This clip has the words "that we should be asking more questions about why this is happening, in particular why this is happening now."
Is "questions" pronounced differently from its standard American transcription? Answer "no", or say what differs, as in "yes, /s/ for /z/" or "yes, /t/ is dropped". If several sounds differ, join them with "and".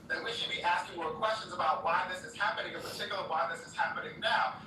no